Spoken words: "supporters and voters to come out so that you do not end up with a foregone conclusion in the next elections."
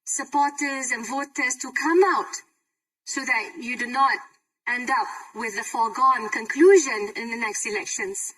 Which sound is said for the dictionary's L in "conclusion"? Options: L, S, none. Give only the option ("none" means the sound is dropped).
L